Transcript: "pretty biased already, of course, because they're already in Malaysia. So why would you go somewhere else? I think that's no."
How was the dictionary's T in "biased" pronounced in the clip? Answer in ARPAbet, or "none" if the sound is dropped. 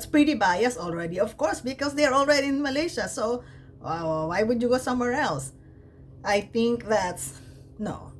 none